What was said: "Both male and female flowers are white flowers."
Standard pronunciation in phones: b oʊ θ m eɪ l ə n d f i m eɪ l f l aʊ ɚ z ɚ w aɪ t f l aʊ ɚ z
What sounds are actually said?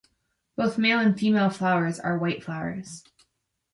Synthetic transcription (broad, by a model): b oʊ θ m eɪ l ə n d f i m eɪ l f l aʊ ɚ z ɚ w aɪ t f l aʊ ɚ z